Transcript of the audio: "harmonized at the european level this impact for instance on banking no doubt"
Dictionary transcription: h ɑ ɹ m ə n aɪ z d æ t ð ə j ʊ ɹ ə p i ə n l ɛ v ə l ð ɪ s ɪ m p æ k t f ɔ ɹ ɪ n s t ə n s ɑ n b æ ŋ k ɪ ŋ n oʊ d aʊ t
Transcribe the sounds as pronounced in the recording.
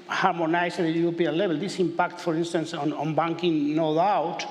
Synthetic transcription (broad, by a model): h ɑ ɹ m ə n aɪ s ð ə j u ɹ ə p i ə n l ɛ b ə l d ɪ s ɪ m p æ k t f ɔ ɹ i n s t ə n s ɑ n b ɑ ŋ k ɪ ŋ n oʊ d aʊ t